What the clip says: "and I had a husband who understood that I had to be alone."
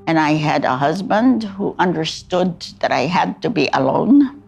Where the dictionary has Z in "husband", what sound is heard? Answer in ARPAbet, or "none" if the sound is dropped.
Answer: Z